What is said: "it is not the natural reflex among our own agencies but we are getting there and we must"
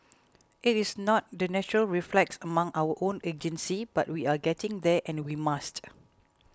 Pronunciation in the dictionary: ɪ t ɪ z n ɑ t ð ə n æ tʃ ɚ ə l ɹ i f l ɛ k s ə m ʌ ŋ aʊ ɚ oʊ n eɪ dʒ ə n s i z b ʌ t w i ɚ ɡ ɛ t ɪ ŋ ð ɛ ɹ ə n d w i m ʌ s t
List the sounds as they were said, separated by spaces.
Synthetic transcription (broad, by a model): ɪ t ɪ s n ɑ t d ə n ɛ tʃ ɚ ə l ɹ i f l ɛ k s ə m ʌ ŋ aʊ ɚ oʊ n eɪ dʒ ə n s i b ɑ t w i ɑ ɡ ɛ t ɪ ŋ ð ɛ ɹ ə n w i m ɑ s t